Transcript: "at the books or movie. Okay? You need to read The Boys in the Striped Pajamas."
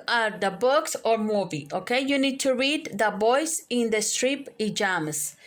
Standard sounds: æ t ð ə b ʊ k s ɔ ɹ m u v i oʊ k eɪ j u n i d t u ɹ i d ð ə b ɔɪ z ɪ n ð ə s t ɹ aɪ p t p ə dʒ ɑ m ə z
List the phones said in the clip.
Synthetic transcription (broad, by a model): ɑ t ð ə b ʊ k s ɔ ɹ m u v i oʊ k eɪ j u n i d t u ɹ i d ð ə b ɔɪ s ɪ n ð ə s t ɹ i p p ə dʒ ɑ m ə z